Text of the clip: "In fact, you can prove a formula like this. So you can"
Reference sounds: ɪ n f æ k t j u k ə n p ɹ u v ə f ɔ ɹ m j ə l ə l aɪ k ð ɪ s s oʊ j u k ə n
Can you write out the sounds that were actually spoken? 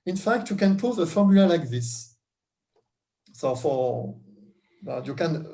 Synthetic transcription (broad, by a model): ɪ n f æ k t j u k ə n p u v ə f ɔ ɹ m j l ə l aɪ k ð ɪ s s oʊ j u k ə n